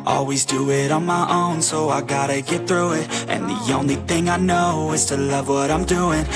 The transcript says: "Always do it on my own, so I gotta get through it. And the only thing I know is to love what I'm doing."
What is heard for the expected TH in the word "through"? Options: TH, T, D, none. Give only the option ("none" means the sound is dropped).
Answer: TH